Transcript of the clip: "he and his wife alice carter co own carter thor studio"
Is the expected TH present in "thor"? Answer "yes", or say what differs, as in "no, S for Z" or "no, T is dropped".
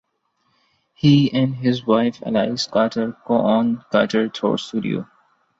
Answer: no, T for TH